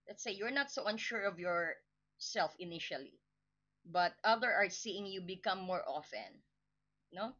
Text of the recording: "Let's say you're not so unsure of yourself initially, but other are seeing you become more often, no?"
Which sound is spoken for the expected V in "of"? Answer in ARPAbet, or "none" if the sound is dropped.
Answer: V